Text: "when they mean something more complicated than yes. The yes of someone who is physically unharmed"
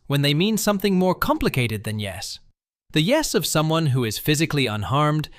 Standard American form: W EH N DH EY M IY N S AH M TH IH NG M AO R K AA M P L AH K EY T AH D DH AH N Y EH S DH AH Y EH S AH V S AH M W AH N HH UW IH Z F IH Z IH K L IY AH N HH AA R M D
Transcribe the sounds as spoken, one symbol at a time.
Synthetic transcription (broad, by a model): W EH N DH EY M IY N S AH M TH IH NG M AO R K AA M P L AH K EY T AH D DH AH N Y EH S DH AH Y EH S AH V S AH M W AH N HH UW IH Z F IH Z IH K L IY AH N HH AA R M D